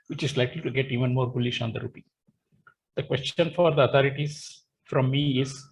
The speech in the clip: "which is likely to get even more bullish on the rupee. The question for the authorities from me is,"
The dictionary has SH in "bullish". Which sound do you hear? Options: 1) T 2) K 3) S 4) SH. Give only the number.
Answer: 4